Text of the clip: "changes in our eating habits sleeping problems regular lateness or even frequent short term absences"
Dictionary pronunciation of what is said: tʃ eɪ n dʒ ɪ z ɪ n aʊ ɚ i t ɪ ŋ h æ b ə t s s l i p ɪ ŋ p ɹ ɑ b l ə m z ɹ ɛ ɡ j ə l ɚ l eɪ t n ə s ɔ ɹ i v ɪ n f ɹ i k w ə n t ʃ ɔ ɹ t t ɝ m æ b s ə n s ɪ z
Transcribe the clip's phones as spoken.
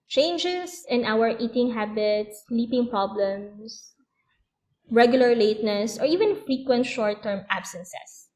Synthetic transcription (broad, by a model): tʃ eɪ n dʒ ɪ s ɪ n aʊ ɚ i t ɪ ŋ h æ b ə t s s l i p ɪ ŋ p ɹ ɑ b l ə m s ɹ ɛ ɡ j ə l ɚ l eɪ t n ə s ɔ ɹ i v ɪ n f ɹ i k w ə n t ʃ ɔ ɹ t t ɝ m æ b s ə n s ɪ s